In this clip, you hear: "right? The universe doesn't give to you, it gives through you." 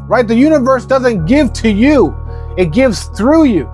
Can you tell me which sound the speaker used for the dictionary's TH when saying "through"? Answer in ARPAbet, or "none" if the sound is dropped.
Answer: TH